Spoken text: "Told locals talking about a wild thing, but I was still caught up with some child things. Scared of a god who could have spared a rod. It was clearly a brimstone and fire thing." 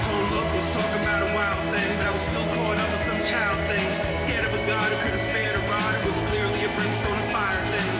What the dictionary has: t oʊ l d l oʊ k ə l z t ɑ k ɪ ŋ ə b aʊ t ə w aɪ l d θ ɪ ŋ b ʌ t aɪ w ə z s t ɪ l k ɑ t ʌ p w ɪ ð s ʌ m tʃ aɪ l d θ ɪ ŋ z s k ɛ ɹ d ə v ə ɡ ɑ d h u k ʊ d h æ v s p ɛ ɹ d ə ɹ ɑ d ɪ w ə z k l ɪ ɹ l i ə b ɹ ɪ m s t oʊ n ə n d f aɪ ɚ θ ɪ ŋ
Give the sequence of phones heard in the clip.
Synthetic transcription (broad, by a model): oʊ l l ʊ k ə z t ɑ k ɪ ŋ ə b aʊ t ə w aɪ l d θ ɪ ŋ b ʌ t aɪ w ə z s t ɪ l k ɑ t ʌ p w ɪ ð s ʌ m tʃ aɪ l d θ ɪ ŋ z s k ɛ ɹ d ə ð ɡ ɑ d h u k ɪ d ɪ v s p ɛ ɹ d ə ɹ ɑ d ɪ w ə z k l ɪ ɹ l i ə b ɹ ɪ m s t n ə f aɪ ɚ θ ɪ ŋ